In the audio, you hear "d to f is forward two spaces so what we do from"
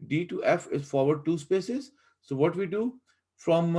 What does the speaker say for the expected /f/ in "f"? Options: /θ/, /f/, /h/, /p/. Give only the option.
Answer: /f/